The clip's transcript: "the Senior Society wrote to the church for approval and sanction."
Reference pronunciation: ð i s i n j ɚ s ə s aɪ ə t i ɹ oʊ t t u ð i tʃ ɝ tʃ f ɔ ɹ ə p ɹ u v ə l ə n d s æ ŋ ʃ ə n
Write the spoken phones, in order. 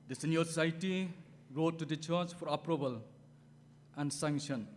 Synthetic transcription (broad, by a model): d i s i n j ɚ s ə s aɪ t i ɹ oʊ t t u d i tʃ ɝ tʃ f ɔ ɹ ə p ɹ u b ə l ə n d s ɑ ŋ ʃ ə n